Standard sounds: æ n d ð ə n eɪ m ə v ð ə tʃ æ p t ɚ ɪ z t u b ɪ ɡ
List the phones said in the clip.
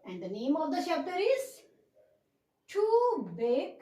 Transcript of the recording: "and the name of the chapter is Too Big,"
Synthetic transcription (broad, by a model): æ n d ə n eɪ m ə v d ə ʃ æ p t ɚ ɪ z t u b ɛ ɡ